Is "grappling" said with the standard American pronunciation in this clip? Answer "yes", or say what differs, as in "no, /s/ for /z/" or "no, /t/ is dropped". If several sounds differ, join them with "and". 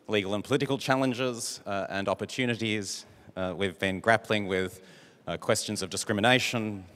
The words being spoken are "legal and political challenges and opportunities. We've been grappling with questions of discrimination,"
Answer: yes